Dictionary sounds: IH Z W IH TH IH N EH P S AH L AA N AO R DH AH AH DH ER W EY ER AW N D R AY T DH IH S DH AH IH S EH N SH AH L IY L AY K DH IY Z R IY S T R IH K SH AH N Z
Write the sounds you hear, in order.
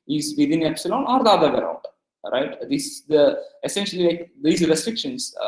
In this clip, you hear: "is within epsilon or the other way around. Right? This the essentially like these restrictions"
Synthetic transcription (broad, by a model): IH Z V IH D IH N EH P S AH L AA N AO R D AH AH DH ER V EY ER AW N D R AY T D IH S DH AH IH S EH N SH AH L IY L AY K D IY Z R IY S T R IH K SH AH N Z